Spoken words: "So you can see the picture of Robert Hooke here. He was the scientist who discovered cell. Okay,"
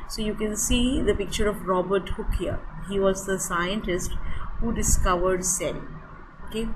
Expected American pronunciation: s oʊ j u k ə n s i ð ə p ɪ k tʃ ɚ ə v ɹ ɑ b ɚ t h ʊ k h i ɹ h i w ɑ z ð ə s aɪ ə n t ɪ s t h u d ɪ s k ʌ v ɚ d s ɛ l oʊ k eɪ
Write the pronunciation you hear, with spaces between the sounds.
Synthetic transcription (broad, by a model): s oʊ j u k ə n s i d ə p ɪ k tʃ ɚ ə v ɹ ɑ b ɚ t h ʊ k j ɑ h i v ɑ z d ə s aɪ ə n t ɪ s t h u d ɪ s k ʌ v ɚ d s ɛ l oʊ k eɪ